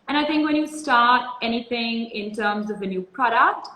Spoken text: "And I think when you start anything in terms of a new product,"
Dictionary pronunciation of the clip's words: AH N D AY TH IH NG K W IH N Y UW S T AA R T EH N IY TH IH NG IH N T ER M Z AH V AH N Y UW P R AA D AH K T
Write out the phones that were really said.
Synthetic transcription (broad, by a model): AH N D AY TH IH NG K W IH N Y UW S T AA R T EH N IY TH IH NG IH N T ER M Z AH V AH N Y UW P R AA D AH K T